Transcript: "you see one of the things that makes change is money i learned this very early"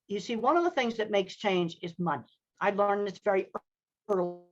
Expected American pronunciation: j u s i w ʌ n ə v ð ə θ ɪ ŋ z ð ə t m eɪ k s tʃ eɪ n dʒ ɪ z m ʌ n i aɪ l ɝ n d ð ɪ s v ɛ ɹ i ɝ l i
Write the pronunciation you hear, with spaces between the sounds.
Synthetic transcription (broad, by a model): j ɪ s i w ʌ n ə v ð ə θ ɪ ŋ z ð ə t m eɪ k s tʃ eɪ n dʒ ɪ z m ʌ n i aɪ l ɝ n ð ɪ s v ɛ ɹ i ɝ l